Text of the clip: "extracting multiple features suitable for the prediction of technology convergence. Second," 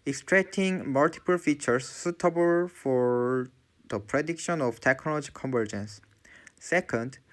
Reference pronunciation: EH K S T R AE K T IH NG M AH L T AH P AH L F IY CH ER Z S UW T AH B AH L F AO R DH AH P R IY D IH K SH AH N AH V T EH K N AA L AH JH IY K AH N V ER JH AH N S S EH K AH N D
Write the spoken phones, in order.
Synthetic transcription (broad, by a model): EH K S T R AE K T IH NG M AH L T AH P AH L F IY CH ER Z S UW T AH B AH L F AO R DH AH P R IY D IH K SH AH N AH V T EH K N AA L AH JH IY K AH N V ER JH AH N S S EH K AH N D